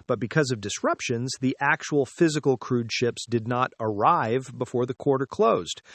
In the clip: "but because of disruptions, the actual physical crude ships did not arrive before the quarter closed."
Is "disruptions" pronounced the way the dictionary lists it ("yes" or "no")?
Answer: yes